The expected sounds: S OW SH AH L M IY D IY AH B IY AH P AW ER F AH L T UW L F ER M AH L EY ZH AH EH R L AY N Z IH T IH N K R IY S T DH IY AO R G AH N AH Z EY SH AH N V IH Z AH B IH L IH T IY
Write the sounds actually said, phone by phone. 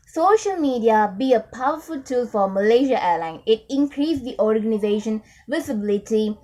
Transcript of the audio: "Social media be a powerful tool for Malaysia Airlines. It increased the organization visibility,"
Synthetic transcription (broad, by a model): S OW SH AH L M IY D IY AH B IY AH P AW ER F AH L T UW L F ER M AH L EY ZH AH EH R L AY N IH T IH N K R IY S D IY AO R G AH N AH Z EY SH AH N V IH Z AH B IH L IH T IY